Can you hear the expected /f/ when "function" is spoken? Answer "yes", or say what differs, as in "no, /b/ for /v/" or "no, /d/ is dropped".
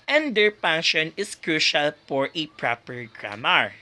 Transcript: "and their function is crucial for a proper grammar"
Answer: no, /p/ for /f/